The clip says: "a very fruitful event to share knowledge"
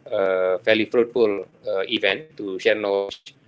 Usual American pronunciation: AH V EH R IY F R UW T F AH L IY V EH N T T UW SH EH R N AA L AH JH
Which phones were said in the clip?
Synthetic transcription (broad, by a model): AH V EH L IY F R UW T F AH L IY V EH N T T UW SH EH R N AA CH